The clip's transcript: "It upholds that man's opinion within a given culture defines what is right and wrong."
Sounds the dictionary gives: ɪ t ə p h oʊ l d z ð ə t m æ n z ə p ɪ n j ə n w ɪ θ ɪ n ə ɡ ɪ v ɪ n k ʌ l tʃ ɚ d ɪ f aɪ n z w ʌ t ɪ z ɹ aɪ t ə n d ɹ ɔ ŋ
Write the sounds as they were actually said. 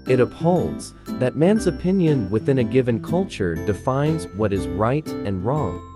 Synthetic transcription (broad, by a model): ɪ t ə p h oʊ l d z ð ə t m æ n z ə p ɪ n j ə n w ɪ θ ɪ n ə ɡ ɪ v ɪ n k ʌ l tʃ ɚ d ɪ f aɪ n z w ʌ t ɪ z ɹ aɪ t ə n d ɹ ɔ ŋ